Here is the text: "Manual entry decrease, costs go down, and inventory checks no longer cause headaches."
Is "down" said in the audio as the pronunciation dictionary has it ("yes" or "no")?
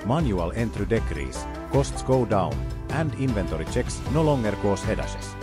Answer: yes